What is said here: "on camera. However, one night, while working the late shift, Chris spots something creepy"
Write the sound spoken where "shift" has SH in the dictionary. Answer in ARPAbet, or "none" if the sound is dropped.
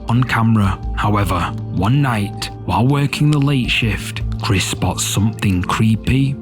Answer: SH